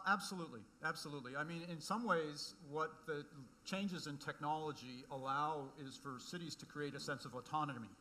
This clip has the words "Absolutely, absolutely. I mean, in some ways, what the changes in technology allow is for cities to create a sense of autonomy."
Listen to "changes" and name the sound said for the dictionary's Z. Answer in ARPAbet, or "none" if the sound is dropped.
Z